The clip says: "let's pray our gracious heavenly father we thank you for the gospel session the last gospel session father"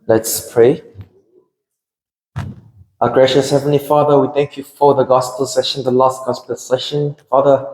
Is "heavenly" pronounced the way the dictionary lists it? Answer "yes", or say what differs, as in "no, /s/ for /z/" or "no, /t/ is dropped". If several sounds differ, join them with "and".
yes